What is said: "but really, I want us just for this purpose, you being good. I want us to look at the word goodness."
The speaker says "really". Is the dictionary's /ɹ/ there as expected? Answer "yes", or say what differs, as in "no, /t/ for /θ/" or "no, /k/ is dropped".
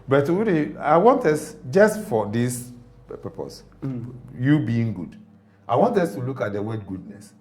no, /w/ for /ɹ/